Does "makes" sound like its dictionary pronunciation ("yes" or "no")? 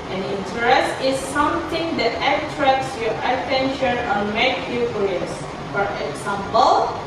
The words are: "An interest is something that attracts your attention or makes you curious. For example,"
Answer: no